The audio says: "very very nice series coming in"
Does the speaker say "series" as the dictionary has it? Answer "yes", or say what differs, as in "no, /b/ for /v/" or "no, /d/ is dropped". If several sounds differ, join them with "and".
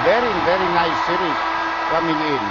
no, /z/ is dropped